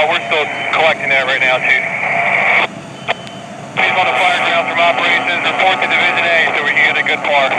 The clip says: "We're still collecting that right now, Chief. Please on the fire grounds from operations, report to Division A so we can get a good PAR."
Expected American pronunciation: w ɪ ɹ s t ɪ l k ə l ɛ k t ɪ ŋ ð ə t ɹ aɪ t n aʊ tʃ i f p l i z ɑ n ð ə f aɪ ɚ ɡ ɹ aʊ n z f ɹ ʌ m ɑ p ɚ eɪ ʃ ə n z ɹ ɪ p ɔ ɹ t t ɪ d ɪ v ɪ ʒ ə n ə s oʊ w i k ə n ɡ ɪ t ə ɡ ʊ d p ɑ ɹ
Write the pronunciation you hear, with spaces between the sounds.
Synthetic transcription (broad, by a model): w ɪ ɹ s t ɪ l k ə l ɛ k t ɪ ŋ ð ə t ɹ aɪ t n aʊ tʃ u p i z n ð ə f aɪ ɚ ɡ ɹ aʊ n f ɹ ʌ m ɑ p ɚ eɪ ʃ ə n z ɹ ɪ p ɔ ɹ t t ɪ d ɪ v ɪ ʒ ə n ə s oʊ w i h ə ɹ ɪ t ə ɡ ʊ d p ɑ ɹ